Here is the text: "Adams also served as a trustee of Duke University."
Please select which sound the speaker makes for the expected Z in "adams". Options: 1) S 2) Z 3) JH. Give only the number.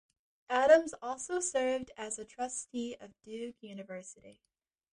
2